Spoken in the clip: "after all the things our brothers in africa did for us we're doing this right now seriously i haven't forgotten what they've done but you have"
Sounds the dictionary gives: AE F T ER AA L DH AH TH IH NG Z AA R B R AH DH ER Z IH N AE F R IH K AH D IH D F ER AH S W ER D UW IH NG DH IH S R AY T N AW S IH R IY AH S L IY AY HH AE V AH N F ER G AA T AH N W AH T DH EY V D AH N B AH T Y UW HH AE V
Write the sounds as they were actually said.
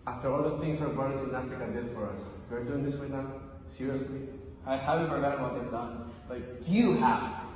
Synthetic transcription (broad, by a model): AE F T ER AA L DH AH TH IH NG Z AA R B AH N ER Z IH N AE F R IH K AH D IH D F ER AH S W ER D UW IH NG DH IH S W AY N AW S IH R IY AH S L IY AY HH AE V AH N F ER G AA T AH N W AH T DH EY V D AH N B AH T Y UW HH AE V